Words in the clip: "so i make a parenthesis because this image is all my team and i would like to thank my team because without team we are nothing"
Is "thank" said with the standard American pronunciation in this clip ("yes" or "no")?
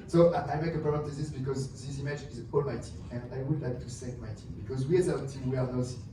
no